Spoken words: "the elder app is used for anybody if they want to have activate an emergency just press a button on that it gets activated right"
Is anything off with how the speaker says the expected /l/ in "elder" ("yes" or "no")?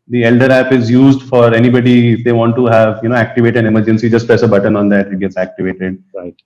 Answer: no